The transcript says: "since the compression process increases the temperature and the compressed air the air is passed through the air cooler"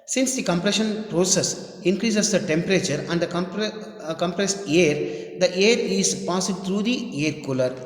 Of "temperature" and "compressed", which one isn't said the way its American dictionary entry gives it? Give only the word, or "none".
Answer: none